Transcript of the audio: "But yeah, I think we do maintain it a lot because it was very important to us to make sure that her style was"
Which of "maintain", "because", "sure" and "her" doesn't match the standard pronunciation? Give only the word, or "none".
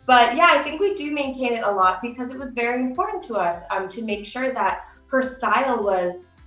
none